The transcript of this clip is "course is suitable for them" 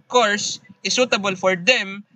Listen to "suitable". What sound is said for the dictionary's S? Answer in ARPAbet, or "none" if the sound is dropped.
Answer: S